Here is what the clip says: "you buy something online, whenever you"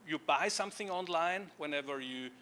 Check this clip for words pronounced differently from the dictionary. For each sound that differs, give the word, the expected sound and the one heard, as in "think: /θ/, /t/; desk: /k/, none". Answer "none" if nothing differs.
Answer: none